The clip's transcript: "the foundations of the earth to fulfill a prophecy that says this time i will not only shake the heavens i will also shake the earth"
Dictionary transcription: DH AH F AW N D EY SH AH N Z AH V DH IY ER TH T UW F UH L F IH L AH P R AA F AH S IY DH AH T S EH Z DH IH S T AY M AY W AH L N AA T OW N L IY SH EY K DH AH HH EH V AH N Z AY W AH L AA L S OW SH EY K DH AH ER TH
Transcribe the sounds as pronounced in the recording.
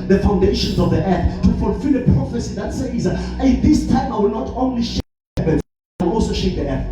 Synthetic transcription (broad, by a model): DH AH F AW N D EY SH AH N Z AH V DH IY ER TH T UW F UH L F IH L AH P R AA F AH S IY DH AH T S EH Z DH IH S T AY M AY W AH L N AA T OW N L IY SH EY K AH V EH AH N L AA L S OW SH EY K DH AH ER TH